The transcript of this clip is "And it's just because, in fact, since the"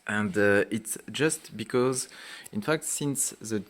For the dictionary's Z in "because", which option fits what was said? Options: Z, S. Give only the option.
Z